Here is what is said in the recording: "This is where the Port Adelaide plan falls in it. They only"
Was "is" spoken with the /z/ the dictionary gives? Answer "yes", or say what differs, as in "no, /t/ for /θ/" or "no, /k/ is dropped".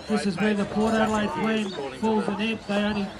yes